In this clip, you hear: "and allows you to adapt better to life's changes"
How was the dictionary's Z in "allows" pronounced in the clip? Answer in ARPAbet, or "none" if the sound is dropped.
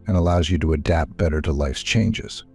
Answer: Z